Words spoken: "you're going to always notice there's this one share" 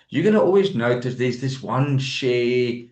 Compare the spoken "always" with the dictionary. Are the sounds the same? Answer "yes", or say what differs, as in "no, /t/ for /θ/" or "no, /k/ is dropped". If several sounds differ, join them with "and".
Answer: yes